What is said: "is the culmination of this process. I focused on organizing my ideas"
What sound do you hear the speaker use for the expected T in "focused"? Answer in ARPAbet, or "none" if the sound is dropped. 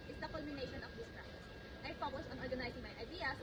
none